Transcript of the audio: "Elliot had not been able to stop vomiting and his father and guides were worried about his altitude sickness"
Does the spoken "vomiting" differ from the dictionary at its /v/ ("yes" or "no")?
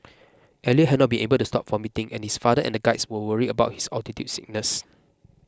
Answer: yes